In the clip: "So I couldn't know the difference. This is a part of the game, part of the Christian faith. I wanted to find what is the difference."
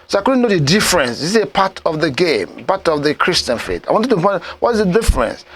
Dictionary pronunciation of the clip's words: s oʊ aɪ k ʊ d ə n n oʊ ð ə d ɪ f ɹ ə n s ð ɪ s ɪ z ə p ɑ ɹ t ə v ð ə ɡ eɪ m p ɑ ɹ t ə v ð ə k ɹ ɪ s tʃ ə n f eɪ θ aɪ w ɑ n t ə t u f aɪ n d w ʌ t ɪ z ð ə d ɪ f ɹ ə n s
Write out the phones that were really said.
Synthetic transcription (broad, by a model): s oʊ aɪ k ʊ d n n oʊ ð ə d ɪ f ɹ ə n s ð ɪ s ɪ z ə p ɑ t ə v ð ə ɡ eɪ m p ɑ t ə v ð ə k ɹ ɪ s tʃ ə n f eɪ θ aɪ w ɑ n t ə t u p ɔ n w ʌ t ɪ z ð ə d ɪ f ɹ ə n s